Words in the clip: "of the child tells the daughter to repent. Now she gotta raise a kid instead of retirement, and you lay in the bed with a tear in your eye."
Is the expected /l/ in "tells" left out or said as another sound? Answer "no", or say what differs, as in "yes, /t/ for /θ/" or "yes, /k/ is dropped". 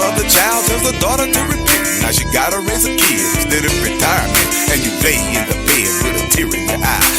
yes, /l/ is dropped